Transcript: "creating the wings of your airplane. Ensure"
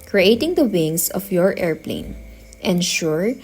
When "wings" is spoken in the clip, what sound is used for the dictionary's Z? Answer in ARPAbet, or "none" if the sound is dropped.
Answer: S